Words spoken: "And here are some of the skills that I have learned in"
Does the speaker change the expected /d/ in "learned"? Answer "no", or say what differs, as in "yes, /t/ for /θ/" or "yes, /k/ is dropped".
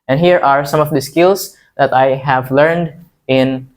no